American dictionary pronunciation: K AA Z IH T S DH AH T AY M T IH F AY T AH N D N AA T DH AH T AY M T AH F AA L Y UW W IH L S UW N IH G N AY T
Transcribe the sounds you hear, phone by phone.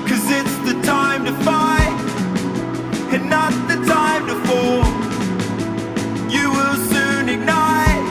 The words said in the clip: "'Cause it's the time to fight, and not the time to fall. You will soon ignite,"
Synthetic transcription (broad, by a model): K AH Z IH T S DH AH T AY M T IH F AY AH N N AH T DH AH T AY M T AH F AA Y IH W IH L S UW N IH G N AY